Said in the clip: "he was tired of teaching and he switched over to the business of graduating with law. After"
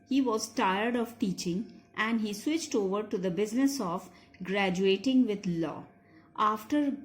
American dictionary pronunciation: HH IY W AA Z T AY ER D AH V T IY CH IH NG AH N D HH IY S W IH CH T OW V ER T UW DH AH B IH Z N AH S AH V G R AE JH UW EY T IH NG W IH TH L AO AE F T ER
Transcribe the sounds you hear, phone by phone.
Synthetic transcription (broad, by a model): HH IY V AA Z T AY ER D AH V T IY CH IH NG AH N D HH IY S W IH CH T OW V ER T UW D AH B IH Z N AH S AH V G R AE JH UW EY T IH NG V IH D L AO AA F T ER